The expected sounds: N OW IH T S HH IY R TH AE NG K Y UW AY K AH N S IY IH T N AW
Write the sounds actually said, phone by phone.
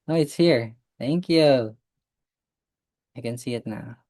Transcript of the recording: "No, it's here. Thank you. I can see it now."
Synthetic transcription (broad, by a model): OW IH T S HH IY R TH AE NG K Y UW AY K AH N S IY IH T N AW